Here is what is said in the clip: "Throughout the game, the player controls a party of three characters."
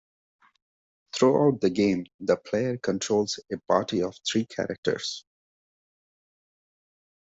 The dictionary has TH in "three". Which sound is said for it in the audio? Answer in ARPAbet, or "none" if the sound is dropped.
T